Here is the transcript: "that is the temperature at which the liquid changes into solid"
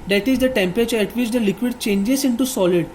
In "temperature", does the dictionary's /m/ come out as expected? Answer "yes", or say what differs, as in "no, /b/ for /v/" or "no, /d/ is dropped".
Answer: yes